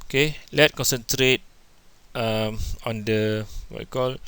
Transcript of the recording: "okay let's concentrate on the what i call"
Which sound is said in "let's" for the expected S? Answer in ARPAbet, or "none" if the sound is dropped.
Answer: none